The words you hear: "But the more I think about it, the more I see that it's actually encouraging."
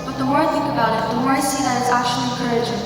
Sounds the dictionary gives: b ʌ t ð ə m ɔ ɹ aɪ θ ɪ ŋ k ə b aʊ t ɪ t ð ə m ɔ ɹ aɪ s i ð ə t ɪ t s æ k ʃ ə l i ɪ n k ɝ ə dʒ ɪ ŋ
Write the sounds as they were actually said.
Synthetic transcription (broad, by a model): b ʌ t ð ə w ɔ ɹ aɪ θ ɪ ŋ k ə b aʊ t ɪ t ð ə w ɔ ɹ aɪ s i ð ə t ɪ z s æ k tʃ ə l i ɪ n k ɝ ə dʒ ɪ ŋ